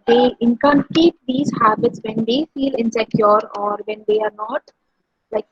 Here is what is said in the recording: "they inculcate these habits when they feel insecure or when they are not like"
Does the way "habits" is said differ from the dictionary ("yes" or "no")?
no